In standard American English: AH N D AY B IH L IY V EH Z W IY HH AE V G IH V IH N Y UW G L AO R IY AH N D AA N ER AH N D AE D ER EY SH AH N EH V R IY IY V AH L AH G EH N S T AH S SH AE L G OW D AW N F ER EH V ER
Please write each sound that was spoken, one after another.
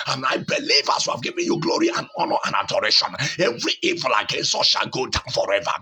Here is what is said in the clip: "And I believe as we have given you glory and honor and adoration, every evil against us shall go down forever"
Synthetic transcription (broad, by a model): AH N AY B IH L IY V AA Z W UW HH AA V G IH V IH N Y UW G L AO R IY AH N AA N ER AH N D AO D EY SH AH N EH V R IY IY V AH L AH G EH N S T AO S SH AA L G OW D AW N F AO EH V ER